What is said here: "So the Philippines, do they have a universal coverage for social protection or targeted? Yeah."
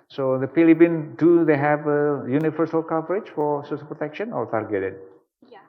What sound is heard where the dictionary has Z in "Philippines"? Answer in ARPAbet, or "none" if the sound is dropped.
none